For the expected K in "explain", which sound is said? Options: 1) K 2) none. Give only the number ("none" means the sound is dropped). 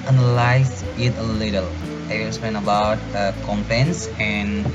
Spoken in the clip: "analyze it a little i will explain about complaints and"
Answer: 2